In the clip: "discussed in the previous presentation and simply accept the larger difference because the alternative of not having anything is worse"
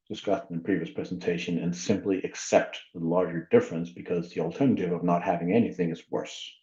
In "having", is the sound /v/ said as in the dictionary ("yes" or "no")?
yes